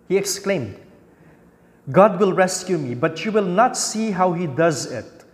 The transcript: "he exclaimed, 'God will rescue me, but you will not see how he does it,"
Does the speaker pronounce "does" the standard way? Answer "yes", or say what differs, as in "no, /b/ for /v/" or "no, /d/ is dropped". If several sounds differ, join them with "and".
yes